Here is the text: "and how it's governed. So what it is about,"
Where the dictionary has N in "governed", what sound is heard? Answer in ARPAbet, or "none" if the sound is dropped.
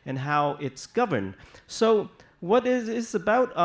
N